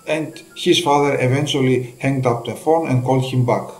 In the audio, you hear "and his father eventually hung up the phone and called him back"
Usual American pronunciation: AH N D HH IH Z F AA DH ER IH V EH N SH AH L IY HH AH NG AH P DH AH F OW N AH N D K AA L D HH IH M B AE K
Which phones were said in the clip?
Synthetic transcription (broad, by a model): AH N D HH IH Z F AA DH ER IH V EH N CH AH L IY HH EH NG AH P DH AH F OW N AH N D K AA L D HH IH M B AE K